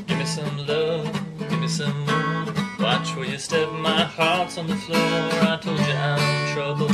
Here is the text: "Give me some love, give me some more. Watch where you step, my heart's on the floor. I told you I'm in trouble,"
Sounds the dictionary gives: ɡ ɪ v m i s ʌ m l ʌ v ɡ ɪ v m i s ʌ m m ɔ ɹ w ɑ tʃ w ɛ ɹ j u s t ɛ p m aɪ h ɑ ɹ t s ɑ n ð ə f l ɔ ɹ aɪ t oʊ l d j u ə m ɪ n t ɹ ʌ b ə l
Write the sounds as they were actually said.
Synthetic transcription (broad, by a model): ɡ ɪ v m i s ʌ m l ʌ ɡ ɪ v m i s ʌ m m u w ɑ tʃ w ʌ l j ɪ s t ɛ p m aɪ h ɑ ɹ t s n ð ə f l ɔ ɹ aɪ t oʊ l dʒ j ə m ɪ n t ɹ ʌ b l